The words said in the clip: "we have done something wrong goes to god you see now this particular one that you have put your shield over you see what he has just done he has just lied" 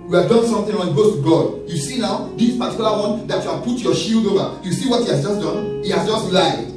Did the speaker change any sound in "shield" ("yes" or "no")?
no